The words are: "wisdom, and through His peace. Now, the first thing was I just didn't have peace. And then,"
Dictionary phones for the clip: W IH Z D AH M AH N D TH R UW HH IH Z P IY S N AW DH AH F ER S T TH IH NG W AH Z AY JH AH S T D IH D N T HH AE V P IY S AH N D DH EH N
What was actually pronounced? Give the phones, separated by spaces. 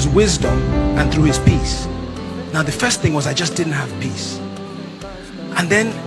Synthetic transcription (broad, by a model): W IH Z D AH M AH N TH R UW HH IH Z P IY S N AW DH AH F ER S T TH IH NG W AH Z AY JH AH S D IH D N T HH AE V P IY S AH N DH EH N